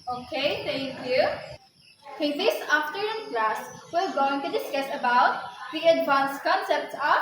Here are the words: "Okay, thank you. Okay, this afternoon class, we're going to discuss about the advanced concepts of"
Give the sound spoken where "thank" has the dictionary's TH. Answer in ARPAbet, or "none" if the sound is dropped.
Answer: T